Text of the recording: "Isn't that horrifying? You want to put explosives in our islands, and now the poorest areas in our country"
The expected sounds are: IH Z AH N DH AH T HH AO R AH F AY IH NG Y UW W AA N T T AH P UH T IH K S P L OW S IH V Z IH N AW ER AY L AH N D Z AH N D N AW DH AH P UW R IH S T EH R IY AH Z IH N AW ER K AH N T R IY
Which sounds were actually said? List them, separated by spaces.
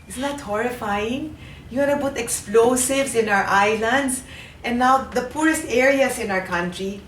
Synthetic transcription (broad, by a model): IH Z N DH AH T HH AO R AH F AY IH NG Y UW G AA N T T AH P UH T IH K S P L OW S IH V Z IH N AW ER AY L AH N D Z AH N N AW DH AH P UW R IH S T EH R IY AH S IH N AW ER K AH N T R IY